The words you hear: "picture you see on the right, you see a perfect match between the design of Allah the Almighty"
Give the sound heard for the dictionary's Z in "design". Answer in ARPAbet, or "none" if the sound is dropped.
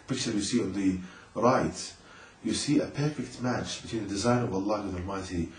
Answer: Z